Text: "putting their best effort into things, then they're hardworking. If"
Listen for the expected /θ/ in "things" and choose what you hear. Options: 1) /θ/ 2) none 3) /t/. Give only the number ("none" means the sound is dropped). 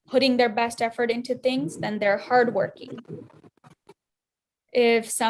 1